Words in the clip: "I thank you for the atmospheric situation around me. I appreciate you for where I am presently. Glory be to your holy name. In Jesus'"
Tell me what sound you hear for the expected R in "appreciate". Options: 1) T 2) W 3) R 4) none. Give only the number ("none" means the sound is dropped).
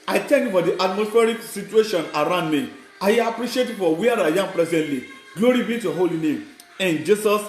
3